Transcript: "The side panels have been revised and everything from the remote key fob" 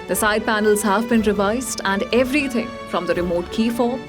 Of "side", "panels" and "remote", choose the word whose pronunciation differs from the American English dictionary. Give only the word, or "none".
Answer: none